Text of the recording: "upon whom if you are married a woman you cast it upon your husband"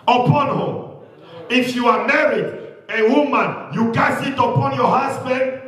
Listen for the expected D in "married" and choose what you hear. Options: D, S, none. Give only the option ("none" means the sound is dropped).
D